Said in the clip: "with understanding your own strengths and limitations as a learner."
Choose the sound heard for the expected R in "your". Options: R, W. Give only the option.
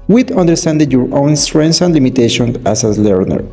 R